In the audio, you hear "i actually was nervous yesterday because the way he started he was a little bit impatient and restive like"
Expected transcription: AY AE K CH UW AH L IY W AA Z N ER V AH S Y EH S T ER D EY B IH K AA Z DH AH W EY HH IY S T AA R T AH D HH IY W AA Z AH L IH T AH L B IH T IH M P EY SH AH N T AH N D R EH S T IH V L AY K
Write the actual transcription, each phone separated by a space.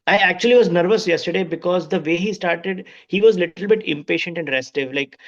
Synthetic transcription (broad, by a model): AY AE K CH UW AH L IY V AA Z N ER V AH S Y EH S T ER D EY B IH K AA Z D AH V EY HH IY S T AA R T AH D HH IY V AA Z L IH T AH L B IH T IH M P EY SH AH N T AH N D R EH S T IH V L AY K